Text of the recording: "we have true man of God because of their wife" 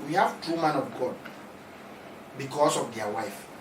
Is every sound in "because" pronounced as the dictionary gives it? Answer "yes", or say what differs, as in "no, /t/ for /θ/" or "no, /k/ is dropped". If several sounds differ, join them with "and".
no, /s/ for /z/